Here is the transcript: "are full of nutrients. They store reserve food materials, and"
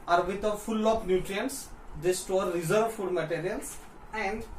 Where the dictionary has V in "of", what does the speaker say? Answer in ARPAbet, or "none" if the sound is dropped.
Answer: P